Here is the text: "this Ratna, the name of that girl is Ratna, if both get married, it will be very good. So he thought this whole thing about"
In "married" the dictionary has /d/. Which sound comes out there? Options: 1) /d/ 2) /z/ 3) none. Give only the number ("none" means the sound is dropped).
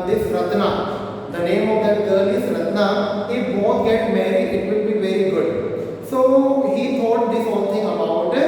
3